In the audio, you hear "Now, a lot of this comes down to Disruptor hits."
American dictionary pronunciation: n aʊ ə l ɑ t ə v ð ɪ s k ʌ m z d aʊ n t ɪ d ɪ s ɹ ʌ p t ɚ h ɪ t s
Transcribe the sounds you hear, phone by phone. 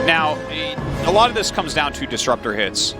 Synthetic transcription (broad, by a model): n aʊ ə l ɑ t ə v ð ɪ s k ʌ m z d aʊ n t ɪ d ɪ s ɹ ʌ p t ɚ h ɪ t s